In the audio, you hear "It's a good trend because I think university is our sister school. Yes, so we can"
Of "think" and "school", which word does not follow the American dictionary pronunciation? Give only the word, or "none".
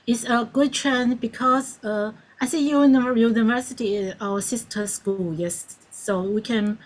think